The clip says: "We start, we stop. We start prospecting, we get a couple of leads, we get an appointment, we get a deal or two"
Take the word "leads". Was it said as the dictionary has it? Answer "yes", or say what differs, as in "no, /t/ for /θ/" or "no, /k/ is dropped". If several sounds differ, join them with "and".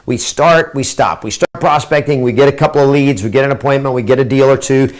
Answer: yes